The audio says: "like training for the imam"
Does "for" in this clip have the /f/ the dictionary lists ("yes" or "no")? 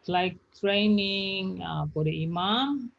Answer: no